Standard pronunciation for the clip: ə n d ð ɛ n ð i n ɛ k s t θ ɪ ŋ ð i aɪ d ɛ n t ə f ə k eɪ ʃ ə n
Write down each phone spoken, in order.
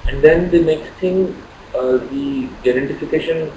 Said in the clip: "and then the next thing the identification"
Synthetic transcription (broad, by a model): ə n d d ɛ n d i n ɛ k s t t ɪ ŋ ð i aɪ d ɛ n t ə f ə k eɪ ʃ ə n